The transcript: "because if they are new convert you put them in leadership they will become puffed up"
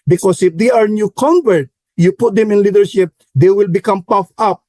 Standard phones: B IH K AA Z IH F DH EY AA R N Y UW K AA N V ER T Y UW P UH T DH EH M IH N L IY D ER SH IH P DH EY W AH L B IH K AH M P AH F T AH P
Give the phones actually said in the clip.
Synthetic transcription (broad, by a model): B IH K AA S IH F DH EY AA R N Y UW K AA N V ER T Y UW P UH T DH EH M IH N L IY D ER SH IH P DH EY W AH L B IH K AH M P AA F AH P